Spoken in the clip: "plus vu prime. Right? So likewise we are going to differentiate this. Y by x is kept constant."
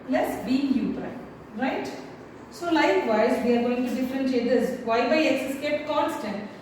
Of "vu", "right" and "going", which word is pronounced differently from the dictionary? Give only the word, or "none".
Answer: vu